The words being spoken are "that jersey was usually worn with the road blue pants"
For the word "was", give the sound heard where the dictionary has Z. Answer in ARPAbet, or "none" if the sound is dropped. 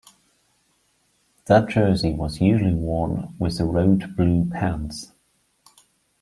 Z